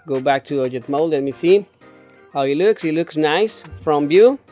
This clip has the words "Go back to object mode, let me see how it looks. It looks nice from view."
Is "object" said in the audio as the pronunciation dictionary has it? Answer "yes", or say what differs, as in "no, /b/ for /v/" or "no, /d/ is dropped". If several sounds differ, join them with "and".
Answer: no, /b/ is dropped and /k/ is dropped